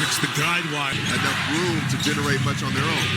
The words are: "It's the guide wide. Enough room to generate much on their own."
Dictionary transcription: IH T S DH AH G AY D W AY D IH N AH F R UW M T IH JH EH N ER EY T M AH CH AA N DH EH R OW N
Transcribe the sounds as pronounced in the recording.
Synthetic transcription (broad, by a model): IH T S DH AH G AY D W AY IH N AH F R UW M T IH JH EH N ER EY T M AH CH N DH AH R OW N